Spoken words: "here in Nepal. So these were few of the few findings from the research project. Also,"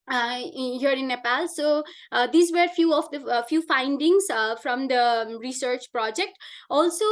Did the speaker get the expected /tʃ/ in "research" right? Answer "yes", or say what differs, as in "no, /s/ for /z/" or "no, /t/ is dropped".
yes